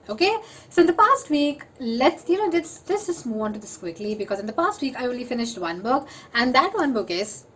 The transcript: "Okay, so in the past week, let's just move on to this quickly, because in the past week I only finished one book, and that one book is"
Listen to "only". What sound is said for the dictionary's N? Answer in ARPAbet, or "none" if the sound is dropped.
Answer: none